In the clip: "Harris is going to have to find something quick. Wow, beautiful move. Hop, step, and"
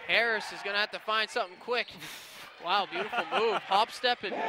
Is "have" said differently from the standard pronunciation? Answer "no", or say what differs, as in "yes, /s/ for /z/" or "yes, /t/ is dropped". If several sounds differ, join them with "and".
yes, /f/ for /v/